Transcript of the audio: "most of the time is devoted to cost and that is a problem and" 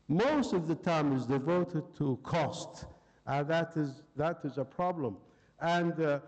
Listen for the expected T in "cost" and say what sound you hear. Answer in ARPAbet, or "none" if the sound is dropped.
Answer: T